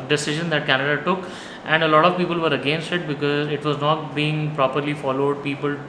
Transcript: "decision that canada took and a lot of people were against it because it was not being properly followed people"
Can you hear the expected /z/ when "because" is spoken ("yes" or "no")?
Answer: yes